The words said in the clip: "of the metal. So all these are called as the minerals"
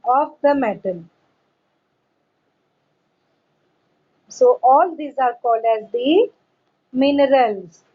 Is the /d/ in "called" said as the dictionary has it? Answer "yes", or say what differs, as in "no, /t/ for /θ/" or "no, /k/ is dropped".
yes